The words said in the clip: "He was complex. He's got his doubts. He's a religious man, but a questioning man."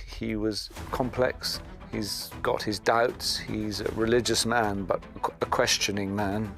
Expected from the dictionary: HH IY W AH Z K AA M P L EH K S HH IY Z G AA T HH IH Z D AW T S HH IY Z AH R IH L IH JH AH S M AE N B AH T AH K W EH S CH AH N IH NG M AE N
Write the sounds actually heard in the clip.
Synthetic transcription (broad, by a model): HH IY W AH Z K AA M P L EH K S HH IY Z G AA T HH IH Z D AW T S HH IY Z AH R IH L IH JH AH S M AE N B AH T AH K W EH S CH AH N IH NG M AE N